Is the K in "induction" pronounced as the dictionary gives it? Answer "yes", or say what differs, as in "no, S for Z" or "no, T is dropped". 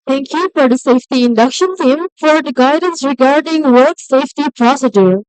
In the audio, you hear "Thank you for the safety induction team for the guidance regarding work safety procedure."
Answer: yes